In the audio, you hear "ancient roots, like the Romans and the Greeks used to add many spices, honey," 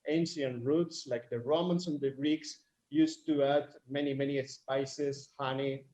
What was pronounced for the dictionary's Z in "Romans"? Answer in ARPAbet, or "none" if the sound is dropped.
S